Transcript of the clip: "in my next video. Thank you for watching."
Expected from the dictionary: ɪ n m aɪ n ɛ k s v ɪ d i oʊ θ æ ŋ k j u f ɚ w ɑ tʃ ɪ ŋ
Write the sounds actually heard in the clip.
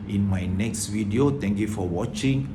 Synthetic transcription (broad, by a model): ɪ n m aɪ n ɛ k s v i d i oʊ t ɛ ŋ k j u f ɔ w ɑ tʃ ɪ ŋ